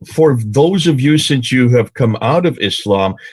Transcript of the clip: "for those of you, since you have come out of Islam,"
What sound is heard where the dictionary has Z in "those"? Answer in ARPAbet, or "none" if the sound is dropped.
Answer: Z